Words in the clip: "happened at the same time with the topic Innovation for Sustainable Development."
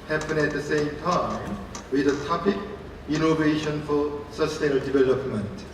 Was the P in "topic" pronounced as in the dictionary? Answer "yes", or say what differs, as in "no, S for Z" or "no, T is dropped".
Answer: yes